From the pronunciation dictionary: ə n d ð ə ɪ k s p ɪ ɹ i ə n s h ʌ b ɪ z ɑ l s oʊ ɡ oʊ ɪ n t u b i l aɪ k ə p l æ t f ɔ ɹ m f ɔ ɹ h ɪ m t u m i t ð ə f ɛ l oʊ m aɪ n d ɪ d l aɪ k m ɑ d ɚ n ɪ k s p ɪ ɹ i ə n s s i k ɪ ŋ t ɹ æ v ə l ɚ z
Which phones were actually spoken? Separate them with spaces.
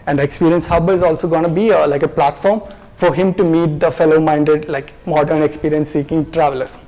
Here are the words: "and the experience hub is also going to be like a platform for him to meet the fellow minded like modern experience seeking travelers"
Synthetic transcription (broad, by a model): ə n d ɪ k s p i ɹ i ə n s h ʌ b ɪ z ɑ l s oʊ ɡ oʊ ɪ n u b i l aɪ k ə p l æ t f ɔ ɹ m f ɔ ɹ h ɪ m t u m i t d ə f ɛ l oʊ m aɪ n d ɪ d l aɪ k m ɑ d ɚ n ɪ k s p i ɹ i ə n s s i k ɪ ŋ t ɹ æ v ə l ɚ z